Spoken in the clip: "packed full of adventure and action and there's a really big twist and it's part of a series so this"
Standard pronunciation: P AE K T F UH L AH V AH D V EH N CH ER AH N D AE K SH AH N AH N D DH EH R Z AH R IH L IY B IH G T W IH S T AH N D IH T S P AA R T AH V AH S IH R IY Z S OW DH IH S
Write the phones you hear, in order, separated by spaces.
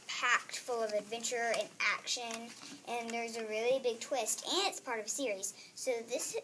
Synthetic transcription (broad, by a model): P AE K T F UH L AH V AH D V EH N CH ER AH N AE K SH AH N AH N DH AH R Z AH R IH L IY B IH G T W IH S T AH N IH T S P AA R T AH V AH S IH R IY Z S OW DH IH S